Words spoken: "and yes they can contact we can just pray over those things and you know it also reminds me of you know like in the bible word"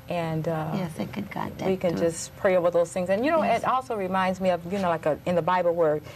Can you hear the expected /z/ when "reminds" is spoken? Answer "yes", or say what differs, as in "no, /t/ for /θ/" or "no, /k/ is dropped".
yes